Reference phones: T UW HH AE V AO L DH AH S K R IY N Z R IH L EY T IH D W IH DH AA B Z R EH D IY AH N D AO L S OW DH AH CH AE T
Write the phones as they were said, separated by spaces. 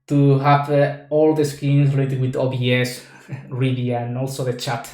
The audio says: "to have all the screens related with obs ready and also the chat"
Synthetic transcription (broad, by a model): T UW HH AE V AO L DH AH S K IY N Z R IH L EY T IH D W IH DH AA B S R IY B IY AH N AO L S OW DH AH CH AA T